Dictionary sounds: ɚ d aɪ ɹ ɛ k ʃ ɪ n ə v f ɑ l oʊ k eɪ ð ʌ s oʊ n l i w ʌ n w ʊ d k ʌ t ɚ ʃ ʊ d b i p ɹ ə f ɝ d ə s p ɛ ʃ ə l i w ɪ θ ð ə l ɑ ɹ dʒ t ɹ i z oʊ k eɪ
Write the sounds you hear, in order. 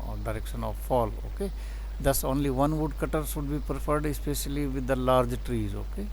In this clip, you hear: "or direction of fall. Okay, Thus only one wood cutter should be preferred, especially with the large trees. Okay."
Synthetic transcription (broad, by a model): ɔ d aɪ ɹ ɛ k ʃ ɪ n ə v f ɑ l oʊ k eɪ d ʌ s oʊ n l i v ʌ n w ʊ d k ʌ t ɚ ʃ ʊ d b i p ɹ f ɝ d ə s p ɛ ʃ ə l i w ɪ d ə l ɑ ɹ dʒ t ɹ i z oʊ k eɪ